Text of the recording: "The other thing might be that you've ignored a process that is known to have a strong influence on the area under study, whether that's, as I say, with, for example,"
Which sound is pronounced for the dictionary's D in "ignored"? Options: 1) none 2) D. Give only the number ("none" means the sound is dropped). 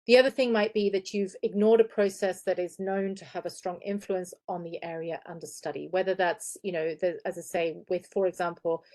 2